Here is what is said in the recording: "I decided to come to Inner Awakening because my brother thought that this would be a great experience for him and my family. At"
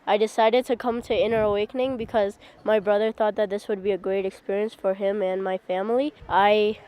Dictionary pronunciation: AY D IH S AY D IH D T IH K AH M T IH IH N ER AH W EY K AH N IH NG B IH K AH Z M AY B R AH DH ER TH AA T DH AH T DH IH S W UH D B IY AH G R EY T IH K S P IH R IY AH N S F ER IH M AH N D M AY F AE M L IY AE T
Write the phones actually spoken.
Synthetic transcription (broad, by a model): AY D IH S AY D IH D T IH K AH M T IH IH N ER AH W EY K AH N IH NG B IH K AH Z M AY B R AH DH ER TH AA T DH AH T DH IH S W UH D B IY AH G R EY T IH K S P IH R IY AH N S F ER IH M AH N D M AY F AE M L IY T